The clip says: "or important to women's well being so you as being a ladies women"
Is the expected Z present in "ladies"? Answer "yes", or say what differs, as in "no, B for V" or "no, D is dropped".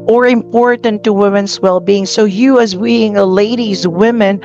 yes